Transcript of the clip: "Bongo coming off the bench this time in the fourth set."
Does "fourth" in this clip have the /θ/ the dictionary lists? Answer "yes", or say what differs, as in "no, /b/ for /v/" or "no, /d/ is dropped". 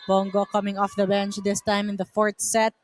no, /t/ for /θ/